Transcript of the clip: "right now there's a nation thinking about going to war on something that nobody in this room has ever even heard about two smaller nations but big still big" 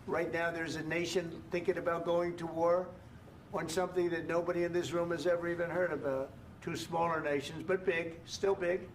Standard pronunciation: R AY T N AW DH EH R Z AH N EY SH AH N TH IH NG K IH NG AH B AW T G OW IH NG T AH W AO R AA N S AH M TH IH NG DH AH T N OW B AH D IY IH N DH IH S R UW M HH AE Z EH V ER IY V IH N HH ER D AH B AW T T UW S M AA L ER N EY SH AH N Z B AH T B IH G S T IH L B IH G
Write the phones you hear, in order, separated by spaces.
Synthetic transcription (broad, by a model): R AY T N AW DH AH R Z AH N EY SH AH N TH IH NG K IH NG AH B AW T G OW IH NG T AH W AO R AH N S AH M TH IH NG DH AH T N OW B AH D IY IH N DH IH S R UW M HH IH Z EH V ER IY V IH N HH ER D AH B AW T T UW S M AA L ER N EY SH AH N Z B AH T B IH G S T IH L B IH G